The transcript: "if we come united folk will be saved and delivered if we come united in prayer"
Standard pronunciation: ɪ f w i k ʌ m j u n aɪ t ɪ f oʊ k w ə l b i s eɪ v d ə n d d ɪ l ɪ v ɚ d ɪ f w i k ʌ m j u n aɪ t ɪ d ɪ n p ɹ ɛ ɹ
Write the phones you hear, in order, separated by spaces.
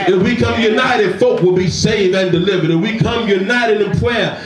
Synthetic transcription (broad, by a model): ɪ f w i k ʌ m j u n aɪ t ɪ f oʊ k w ə l b i s eɪ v ə n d d ɪ l ɪ v ɚ d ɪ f w i k ʌ m j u n aɪ t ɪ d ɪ p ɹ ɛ